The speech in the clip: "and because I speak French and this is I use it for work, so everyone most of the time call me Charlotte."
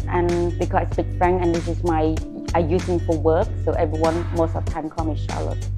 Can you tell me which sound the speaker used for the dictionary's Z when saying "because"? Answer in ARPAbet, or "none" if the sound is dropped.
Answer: S